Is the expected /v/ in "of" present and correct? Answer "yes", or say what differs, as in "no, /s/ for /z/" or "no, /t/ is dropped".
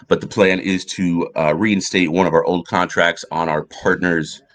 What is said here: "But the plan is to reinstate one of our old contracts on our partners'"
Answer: yes